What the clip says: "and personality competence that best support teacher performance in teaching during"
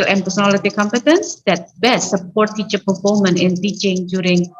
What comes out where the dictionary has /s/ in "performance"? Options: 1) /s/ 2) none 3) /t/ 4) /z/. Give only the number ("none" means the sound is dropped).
2